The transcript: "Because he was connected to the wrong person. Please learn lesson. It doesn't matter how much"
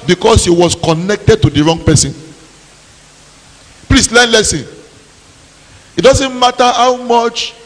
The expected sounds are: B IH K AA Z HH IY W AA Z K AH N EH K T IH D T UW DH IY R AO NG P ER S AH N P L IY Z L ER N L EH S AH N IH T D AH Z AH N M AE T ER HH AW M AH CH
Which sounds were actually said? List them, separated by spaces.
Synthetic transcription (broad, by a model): B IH K AA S HH IY W AA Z K AH N EH K T IH D T UW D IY R AO NG P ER S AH N P L IY S L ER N L EH S AH N IH T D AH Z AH N M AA T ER HH AW M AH CH